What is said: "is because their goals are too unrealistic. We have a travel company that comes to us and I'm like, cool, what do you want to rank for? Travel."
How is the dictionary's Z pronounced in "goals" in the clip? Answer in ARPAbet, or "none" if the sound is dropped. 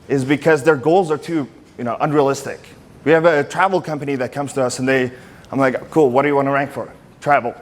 Z